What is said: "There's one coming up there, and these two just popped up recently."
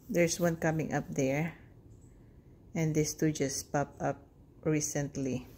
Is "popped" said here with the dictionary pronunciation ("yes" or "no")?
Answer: no